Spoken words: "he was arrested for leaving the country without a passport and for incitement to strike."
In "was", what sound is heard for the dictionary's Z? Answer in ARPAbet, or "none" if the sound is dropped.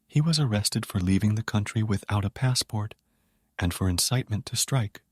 Z